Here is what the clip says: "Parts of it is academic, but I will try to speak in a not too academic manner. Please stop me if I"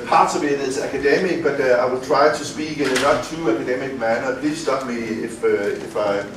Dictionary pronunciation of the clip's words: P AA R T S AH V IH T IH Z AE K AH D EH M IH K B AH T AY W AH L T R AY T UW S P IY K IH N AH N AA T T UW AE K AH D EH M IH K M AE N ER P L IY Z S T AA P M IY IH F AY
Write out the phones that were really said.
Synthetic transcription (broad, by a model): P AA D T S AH B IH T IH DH AE K AH D EH M IH K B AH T AY W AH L T R AY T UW S P IY K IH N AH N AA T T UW AE K AH D EH M IH K M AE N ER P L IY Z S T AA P M IY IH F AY